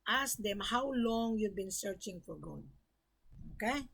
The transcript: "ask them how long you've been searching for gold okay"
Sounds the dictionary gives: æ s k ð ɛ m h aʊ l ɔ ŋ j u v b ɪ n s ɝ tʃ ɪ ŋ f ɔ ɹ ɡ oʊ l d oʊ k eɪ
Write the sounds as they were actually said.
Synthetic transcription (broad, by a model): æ s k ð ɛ m h aʊ l ɔ ŋ j u v b ɪ n s ɝ tʃ ɪ ŋ f ɔ ɹ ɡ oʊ d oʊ k eɪ